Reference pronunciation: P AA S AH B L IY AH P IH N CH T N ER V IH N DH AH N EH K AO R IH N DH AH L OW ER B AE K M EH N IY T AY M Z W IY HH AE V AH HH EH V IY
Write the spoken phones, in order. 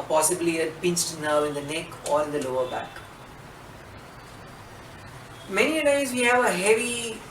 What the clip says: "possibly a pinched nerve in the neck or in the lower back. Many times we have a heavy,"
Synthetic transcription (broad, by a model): P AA S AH B L IY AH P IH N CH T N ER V IH N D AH N EH K AO R IH N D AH L OW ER B AE K M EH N IY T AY Z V IY HH AE V AH HH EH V IY